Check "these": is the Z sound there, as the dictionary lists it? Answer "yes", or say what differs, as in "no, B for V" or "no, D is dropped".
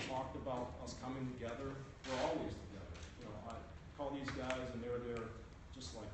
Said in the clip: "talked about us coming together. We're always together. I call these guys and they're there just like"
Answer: yes